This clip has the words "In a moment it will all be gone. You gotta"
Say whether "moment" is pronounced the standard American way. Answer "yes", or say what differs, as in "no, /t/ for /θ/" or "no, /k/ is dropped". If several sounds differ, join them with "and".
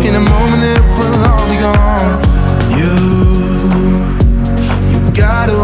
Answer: no, /t/ is dropped